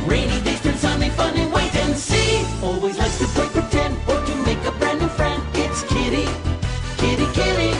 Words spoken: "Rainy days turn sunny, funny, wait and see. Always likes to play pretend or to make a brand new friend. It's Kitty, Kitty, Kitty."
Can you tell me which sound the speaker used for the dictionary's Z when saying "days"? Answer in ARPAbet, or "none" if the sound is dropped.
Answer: S